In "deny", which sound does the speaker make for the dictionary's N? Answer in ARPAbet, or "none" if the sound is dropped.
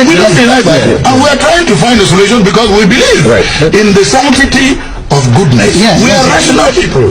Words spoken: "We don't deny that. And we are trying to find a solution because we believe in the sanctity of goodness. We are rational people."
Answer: L